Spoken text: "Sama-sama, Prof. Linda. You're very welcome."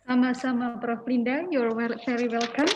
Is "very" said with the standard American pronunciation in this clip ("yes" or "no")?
no